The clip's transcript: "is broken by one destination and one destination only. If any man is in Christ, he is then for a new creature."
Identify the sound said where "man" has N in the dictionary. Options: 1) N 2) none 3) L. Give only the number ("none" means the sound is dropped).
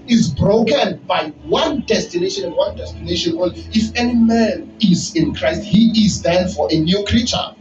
1